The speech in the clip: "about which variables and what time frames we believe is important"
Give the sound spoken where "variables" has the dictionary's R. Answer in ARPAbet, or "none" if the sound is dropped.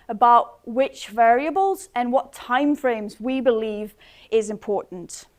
R